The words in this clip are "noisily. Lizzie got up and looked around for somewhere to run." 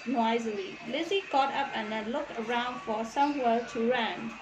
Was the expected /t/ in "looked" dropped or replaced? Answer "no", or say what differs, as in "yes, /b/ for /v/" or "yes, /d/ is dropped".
yes, /t/ is dropped